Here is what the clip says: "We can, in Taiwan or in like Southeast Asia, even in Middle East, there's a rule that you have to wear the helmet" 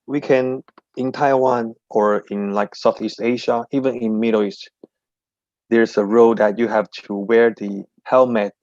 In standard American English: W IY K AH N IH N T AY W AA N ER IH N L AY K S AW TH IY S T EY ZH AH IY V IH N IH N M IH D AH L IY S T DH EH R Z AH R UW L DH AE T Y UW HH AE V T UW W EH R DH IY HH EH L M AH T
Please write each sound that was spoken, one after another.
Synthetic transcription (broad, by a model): W IY K AH N IH N T AY W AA N ER IH N L AY K S AW TH IY S T EY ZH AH IY V IH N IH N M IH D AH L IY S T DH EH R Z AH R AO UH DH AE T Y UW HH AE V T UW W EH R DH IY HH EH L M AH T